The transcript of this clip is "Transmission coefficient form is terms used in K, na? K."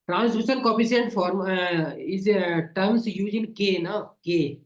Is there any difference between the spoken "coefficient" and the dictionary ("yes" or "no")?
yes